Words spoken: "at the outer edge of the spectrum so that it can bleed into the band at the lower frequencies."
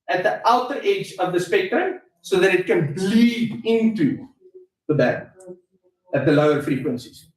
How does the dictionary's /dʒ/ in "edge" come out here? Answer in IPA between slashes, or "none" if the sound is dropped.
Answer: /dʒ/